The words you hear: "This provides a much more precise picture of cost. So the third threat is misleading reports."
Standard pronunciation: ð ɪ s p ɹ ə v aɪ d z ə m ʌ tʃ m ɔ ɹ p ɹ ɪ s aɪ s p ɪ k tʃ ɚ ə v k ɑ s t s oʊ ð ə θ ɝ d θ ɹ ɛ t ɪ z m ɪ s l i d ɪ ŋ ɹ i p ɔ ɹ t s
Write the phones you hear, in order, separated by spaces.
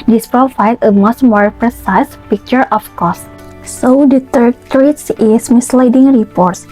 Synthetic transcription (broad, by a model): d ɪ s p ɹ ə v aɪ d ə m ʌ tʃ m ɔ ɹ p ɹ ɪ s aɪ s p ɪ k tʃ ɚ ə f k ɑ s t s oʊ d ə t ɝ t ɹ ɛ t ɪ s m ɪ s l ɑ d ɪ ŋ ɹ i p ɔ ɹ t s